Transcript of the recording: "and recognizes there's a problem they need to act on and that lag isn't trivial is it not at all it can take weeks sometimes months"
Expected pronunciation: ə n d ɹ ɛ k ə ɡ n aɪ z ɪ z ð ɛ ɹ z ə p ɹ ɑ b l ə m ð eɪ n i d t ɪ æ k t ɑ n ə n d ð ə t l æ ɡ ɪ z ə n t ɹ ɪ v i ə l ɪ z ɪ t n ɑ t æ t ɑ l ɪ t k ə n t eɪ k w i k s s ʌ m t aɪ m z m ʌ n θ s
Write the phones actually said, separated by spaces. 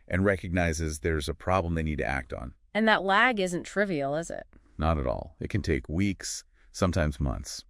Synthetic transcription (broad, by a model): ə n ɹ ɛ k ə ɡ n aɪ z ɪ z ð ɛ ɹ z ə p ɹ ɑ b l ə m ð eɪ n i d t ɪ æ k t n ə n ð ə t l æ ɡ ɪ z ə n t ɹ ɪ v i l ɪ z ɪ t n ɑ t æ t ɑ l ɪ t k ə n t eɪ k w i k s s ʌ m t aɪ m z m ʌ n θ s